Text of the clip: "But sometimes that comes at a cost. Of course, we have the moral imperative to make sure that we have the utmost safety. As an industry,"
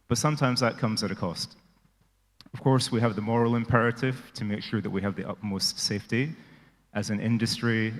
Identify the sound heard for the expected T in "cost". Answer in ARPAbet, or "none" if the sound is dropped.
T